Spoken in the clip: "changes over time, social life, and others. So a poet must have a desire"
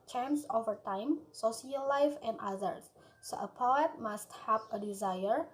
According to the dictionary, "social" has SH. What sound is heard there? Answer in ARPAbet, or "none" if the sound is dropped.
S